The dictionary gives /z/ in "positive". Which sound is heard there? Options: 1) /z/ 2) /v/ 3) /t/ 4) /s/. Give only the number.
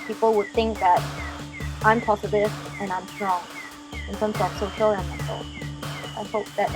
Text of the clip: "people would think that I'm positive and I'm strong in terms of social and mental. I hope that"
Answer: 4